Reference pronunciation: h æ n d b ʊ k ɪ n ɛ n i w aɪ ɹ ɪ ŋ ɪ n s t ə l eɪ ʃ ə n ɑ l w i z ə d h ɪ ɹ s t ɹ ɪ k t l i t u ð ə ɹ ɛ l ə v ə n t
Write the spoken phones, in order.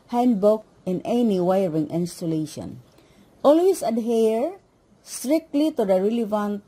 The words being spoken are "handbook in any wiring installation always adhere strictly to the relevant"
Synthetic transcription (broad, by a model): h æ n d b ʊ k ɪ n ɛ n i w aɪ ɹ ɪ ŋ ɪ n s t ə l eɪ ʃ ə n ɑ l w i s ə d h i ɹ s t ɹ ɪ k t l i t u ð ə ɹ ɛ l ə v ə n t